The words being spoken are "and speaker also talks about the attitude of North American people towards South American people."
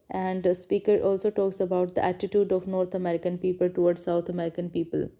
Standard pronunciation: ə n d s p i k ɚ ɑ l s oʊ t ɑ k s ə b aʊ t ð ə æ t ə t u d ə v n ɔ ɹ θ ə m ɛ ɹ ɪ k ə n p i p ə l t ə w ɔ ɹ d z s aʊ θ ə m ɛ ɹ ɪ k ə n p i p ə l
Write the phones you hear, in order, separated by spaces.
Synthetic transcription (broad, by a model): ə n d s p i k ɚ ɑ l s oʊ t ɑ k s ə b aʊ t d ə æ t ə t u d ə v n ɔ ɹ t ə m ɛ ɹ ɪ k ə n p i p ə l t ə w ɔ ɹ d s aʊ t ə m ɛ ɹ ɪ k ə n p i p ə l